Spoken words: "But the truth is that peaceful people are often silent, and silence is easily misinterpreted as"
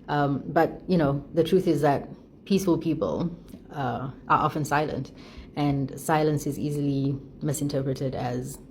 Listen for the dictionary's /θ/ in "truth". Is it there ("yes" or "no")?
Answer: yes